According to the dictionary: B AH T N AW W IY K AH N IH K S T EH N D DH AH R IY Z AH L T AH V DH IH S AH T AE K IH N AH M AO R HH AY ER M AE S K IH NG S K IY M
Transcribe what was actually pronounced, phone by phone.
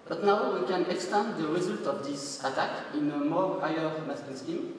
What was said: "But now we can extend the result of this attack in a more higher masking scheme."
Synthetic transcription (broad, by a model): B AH T N AW W IY K AH N IH K S T EH N D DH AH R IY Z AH L T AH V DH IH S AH T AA K IH N AH M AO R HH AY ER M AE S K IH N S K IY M